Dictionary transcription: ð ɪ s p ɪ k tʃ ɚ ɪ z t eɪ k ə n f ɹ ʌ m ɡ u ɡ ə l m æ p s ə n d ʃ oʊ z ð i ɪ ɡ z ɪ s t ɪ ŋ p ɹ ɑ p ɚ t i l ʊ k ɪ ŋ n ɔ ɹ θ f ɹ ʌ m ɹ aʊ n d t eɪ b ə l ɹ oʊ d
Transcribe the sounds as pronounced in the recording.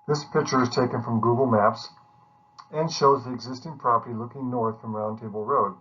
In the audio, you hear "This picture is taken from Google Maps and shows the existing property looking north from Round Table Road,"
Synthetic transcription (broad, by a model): ð ɪ s p ɪ k tʃ ɚ ɪ z t eɪ k ə n f ɹ ʌ m ɡ u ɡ l m æ p s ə n ʃ oʊ z ð i ɪ ɡ z ɪ s t ɪ ŋ p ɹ ɑ p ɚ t i l ʊ k ɪ ŋ n ɔ ɹ θ f ɹ ʌ m ɹ aʊ n t eɪ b l ɹ oʊ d